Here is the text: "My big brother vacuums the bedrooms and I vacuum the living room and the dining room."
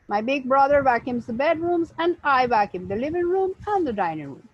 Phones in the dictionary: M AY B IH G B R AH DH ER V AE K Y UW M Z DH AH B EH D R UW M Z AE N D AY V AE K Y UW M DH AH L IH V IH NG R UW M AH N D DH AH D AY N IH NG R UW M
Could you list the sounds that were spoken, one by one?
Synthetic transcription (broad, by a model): M AY B IH G B R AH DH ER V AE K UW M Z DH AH B EH D R UW M Z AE N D AY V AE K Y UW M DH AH L IH V IH NG R UW M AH N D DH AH D AY N IH NG R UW M